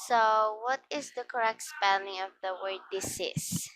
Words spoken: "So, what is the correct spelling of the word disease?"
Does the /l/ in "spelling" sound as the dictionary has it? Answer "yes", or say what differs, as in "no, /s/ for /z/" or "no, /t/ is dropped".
no, /n/ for /l/